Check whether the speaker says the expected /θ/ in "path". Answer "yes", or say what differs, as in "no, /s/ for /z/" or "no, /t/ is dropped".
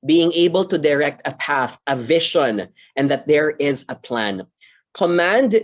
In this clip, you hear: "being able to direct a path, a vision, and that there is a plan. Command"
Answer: yes